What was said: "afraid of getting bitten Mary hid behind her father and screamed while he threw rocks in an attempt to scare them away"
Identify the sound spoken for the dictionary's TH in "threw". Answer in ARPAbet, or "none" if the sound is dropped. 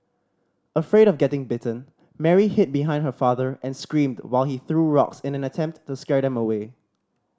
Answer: TH